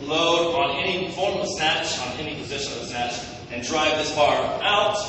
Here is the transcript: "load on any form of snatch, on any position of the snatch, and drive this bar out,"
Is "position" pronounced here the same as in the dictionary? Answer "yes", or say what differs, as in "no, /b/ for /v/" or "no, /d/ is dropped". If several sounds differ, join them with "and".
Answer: yes